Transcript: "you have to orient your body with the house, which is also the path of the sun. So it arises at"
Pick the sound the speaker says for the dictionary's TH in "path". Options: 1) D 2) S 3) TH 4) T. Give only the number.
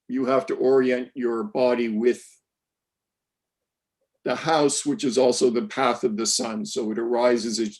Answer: 3